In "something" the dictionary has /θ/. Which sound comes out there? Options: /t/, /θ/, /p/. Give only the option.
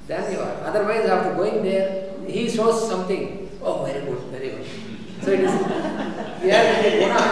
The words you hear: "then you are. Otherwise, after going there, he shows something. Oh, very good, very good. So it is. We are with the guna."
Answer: /t/